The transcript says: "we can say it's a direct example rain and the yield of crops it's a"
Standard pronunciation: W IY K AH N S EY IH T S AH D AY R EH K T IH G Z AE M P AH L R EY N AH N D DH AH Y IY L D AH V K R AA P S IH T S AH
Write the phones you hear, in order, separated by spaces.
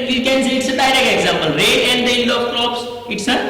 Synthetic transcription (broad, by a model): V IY K AH N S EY IH T S AH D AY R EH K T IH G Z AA M P AH L R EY AH N D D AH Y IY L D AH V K R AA P S IH T S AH